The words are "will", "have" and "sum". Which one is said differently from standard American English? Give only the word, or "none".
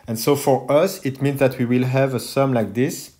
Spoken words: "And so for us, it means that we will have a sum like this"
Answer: none